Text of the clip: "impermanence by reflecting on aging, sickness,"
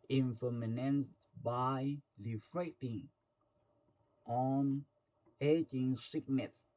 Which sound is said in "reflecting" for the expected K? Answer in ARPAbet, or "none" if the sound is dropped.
none